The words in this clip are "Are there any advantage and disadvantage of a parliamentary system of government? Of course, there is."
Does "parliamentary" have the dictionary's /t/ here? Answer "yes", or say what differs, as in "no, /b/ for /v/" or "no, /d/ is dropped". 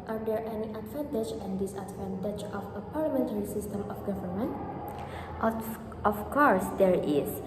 yes